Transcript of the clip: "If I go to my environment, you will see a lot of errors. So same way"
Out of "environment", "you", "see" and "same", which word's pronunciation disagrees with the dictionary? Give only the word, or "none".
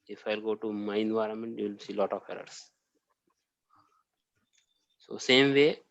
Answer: none